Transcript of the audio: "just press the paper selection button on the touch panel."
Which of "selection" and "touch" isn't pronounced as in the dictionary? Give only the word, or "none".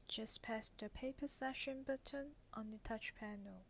selection